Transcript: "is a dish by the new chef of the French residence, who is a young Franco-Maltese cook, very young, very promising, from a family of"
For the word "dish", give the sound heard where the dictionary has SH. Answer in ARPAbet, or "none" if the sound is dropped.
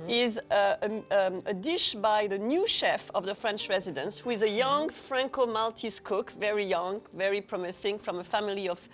SH